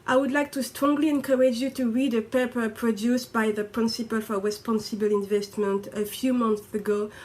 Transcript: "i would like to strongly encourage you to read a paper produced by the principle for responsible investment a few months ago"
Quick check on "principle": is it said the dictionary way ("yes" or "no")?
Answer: yes